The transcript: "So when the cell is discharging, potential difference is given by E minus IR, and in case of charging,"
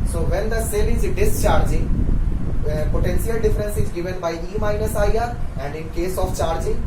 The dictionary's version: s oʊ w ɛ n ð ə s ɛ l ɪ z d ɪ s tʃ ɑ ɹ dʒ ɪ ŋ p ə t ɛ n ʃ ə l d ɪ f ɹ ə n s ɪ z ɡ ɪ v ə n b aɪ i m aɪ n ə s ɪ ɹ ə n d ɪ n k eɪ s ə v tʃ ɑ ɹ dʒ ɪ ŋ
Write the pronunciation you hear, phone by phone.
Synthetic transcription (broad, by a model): s oʊ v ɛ n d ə s ɛ l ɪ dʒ d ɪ s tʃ ɑ ɹ dʒ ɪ p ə t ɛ n s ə l d ɪ f ɹ ə n s ɪ z ɡ ɪ v ə n b aɪ i m aɪ n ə s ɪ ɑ ə n d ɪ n k eɪ s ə f tʃ ɑ ɹ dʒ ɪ